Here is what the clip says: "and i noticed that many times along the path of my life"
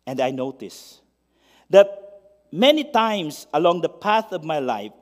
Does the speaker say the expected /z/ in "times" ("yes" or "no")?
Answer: no